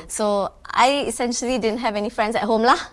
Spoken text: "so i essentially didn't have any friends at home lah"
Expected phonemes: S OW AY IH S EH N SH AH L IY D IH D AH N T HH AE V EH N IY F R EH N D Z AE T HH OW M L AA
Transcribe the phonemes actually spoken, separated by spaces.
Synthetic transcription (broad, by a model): S OW AY IH S EH N SH AH L IY D IH D AH N T HH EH V EH N IY F R EH N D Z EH T HH OW M L AA